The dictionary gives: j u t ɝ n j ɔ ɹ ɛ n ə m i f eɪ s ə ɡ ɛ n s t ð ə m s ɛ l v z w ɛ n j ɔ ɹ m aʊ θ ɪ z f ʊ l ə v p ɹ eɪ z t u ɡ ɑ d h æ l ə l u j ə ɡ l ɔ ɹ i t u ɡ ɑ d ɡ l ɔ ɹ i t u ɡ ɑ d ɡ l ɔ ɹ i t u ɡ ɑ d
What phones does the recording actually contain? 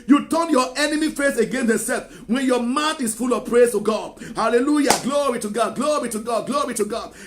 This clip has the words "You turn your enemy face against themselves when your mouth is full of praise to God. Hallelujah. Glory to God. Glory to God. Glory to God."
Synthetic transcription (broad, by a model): j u t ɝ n j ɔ ɛ n ə m i f eɪ s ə ɡ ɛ n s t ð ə s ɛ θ w ɛ n j ɔ m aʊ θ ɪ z f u l ə v p ɹ eɪ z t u ɡ ɑ d h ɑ l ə l u j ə ɡ l ɔ ɹ i t u ɡ ɑ d ɡ l ɔ ɹ i t u ɡ ɑ d ɡ l ɔ ɹ i t u ɡ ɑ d